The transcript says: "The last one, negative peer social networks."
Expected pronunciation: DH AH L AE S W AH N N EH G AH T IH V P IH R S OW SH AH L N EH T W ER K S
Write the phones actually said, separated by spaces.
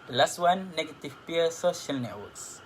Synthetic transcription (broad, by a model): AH L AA S W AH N N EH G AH T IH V P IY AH S OW SH AH L N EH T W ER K S